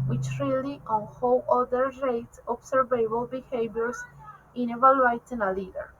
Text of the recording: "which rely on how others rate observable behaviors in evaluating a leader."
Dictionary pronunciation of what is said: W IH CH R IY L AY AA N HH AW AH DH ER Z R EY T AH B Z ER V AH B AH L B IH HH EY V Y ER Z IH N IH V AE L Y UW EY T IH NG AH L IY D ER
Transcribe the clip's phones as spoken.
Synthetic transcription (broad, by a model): W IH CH R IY L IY AA N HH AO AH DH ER R EY T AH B S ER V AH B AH L B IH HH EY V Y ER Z IH N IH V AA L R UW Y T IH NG AH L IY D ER